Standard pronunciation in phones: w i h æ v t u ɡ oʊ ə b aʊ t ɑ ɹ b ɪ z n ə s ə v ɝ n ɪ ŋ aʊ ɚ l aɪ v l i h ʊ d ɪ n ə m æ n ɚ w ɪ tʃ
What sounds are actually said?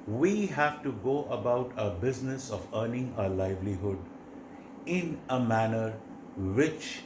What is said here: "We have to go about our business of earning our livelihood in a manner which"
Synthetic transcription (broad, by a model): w i h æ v t u ɡ oʊ ə b aʊ t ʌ b ɪ z n ə s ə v ɝ n ɪ ŋ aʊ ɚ l aɪ v l i h ʊ d ɪ n ə m æ n ɚ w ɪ tʃ